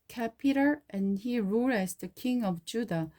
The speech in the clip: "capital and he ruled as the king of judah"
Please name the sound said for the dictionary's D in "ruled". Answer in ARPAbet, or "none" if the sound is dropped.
none